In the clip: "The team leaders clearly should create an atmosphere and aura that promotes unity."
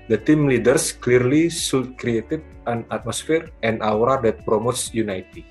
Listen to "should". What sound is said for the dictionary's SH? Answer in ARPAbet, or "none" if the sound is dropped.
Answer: S